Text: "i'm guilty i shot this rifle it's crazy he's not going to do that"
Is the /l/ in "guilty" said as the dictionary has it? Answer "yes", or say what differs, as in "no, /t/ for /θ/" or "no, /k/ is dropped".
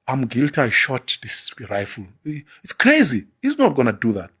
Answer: yes